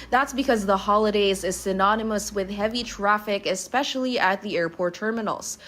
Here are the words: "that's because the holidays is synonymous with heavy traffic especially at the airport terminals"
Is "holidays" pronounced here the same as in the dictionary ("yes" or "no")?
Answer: yes